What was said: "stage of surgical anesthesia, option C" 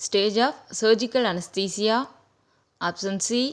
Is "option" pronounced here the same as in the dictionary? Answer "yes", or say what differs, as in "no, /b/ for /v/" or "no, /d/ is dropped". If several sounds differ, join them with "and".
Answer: no, /s/ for /ʃ/